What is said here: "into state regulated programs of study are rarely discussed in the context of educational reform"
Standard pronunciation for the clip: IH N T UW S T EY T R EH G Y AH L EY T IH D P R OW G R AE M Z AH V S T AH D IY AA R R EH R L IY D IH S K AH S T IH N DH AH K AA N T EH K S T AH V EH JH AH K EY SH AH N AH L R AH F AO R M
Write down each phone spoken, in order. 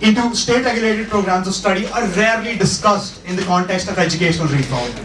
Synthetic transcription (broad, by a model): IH N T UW S T EY T R EH G Y AH L EY T IH D P R OW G R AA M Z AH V S T AH D IY AA R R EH R L IY D IH S K AH S T IH N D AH K AA N T EH K S T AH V EH JH AH K EY SH AH N AH L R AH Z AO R